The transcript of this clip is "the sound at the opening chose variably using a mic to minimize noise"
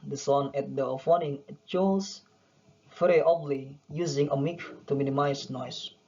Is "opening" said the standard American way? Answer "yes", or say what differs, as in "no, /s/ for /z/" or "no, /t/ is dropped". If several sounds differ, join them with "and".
no, /f/ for /p/